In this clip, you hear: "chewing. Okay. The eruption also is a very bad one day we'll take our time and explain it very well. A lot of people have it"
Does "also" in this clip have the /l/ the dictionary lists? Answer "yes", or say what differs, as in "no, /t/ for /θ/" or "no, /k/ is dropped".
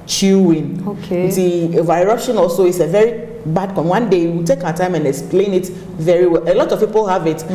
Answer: yes